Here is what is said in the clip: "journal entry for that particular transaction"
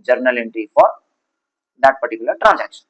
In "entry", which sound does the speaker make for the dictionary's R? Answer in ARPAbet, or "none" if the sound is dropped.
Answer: none